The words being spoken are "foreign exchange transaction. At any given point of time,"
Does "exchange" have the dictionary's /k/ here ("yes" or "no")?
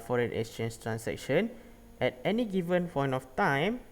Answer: no